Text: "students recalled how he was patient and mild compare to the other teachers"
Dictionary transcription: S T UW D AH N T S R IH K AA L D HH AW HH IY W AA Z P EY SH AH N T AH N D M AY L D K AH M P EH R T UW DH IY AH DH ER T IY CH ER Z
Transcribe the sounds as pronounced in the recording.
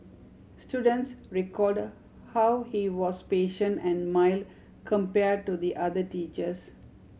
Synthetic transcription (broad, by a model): S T UW D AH N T S R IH K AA D HH AW HH IY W AA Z P EY SH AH N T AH N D M AY L K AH M P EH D T UW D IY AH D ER T IY CH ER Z